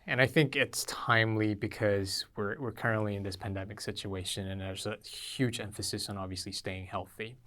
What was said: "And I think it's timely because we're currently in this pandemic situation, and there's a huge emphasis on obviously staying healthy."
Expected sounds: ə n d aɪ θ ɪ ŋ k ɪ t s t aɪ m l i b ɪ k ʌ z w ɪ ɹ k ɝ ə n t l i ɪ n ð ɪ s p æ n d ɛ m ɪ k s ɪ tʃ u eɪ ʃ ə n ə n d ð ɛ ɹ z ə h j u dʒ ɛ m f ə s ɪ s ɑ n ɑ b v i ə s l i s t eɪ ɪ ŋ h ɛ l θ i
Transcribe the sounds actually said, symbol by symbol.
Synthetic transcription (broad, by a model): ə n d aɪ θ ɪ ŋ k ɪ t s t aɪ m l i b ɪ k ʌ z w ɪ ɹ k ɝ ə n t l i ɪ n ð ɪ s p æ n d ɛ m ɪ k s ɪ tʃ u eɪ ʃ ə n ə n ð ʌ ɹ z ə h j u dʒ ɛ m f ə s ɪ s n ɑ b v i ə s l i s t eɪ ɪ ŋ h ɛ l θ i